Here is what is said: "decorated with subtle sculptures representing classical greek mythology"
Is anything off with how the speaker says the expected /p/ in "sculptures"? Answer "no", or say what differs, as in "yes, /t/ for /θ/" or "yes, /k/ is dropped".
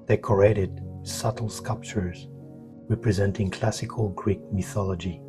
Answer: no